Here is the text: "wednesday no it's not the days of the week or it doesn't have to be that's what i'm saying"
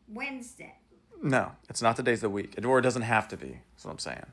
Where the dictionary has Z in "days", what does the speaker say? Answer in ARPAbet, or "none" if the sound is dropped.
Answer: none